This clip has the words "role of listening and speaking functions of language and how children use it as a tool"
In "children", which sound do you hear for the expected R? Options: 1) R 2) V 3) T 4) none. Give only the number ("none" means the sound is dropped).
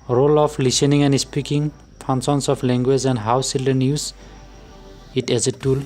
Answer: 4